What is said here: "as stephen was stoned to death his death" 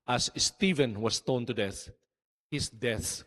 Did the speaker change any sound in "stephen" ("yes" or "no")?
no